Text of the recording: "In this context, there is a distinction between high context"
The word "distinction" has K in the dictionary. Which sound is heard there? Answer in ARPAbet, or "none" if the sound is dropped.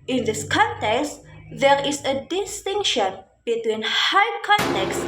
K